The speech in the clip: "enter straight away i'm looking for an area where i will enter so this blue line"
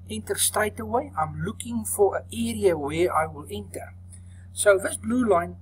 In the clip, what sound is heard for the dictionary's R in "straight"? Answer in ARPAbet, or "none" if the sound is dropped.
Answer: none